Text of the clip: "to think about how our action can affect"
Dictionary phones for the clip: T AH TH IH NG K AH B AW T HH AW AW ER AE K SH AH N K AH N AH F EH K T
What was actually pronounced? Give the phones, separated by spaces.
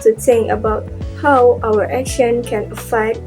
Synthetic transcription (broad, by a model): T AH T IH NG AH B AW T HH AW AW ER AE K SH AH N K AH N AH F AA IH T